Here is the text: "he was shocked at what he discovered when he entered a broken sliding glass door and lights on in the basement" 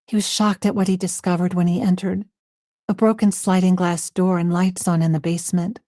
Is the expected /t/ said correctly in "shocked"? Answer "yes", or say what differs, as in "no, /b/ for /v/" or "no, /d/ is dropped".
yes